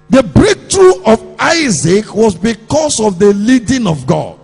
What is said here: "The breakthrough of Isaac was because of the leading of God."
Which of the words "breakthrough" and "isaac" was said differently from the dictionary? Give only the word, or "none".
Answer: breakthrough